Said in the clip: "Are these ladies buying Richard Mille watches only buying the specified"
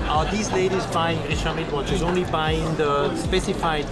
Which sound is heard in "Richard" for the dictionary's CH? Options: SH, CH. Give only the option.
SH